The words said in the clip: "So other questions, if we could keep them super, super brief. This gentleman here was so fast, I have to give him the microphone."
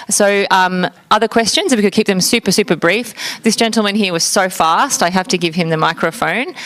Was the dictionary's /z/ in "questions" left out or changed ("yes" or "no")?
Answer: no